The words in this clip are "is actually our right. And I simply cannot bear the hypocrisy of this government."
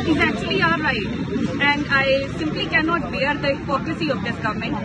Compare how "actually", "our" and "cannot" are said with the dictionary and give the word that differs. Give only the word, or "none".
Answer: our